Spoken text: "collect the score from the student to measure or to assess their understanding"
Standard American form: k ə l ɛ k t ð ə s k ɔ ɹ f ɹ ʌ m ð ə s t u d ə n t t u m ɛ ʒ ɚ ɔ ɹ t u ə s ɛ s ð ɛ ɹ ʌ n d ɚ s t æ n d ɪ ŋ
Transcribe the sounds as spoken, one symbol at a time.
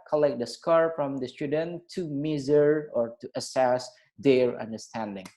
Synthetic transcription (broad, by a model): k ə l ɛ k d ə s k ɔ ɹ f ɹ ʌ m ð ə s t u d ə n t t u m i z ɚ ɔ ɹ t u ə s ɛ s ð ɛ ɹ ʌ n d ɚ s t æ n d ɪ ŋ